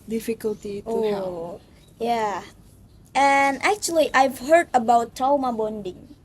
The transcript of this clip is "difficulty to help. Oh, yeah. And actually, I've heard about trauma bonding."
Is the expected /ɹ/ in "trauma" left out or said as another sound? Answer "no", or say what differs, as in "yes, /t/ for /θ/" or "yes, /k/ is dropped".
yes, /ɹ/ is dropped